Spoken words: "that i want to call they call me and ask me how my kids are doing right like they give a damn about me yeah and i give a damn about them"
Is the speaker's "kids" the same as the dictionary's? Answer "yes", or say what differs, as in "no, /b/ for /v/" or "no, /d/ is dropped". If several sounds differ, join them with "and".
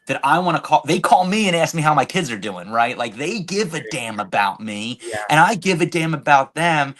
yes